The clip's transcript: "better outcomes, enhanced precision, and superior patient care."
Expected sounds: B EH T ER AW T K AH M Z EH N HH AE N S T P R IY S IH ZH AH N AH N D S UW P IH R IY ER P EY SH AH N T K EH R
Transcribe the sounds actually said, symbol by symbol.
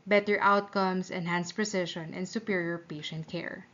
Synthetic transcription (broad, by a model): B EH T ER AW T K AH M S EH N HH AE N S P R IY S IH SH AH N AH N S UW P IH R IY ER P EY SH AH N T K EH R